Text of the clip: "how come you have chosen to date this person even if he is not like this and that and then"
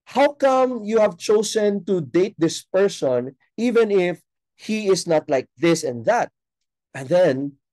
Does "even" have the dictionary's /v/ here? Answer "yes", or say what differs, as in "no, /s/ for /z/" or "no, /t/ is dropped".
yes